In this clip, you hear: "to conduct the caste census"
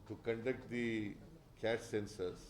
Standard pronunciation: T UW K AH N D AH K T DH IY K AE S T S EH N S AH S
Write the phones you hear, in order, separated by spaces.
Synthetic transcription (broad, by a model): T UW K AH N D AH K T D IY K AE T S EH N S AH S